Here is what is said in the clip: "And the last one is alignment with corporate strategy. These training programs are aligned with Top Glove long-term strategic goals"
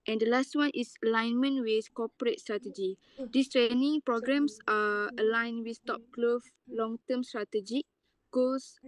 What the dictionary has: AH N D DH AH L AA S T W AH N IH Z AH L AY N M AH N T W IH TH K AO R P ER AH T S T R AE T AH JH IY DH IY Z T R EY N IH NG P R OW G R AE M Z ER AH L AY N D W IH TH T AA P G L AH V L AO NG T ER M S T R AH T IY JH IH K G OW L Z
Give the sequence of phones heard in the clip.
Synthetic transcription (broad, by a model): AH N D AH L AA S T W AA N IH S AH L AY N M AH N W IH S K AO P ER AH T S T R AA T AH JH IY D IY S T R EY N IH NG P R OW G R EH M S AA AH L AY N W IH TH T AA P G L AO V L AO NG T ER M S T R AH T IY JH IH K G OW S